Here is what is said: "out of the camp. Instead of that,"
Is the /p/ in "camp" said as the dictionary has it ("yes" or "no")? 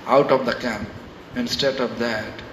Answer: yes